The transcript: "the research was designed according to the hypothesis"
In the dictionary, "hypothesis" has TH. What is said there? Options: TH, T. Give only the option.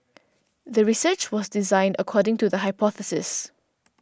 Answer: TH